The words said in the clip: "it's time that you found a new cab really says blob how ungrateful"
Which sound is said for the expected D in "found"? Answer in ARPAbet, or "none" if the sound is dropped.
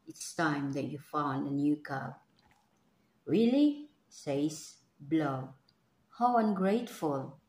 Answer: D